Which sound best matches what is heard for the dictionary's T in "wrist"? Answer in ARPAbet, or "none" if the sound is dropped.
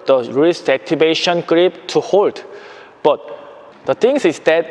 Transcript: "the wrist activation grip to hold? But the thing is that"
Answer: none